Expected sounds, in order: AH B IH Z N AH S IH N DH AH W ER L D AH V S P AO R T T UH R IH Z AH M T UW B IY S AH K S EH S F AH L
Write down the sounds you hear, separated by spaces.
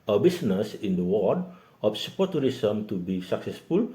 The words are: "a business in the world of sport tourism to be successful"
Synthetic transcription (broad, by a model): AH B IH S N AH S IH N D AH W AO D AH F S P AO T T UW R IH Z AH M T UW B IY S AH K S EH S F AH L